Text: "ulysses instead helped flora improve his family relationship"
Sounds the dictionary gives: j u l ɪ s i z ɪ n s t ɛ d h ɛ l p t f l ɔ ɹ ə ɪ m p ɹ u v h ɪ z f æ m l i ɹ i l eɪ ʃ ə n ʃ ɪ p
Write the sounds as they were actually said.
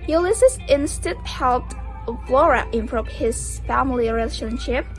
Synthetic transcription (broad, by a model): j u l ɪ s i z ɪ n s t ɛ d h ɛ l p t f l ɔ ɹ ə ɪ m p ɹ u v h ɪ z f æ m l i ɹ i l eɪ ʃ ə n ʃ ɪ p